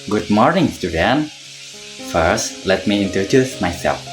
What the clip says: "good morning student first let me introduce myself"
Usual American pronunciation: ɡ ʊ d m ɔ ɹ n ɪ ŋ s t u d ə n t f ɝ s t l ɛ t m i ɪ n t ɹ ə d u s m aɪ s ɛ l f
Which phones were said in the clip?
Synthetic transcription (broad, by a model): ɡ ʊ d m ɔ ɹ n ɪ ŋ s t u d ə n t f ɝ s t l ɛ t m i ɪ n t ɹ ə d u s m aɪ s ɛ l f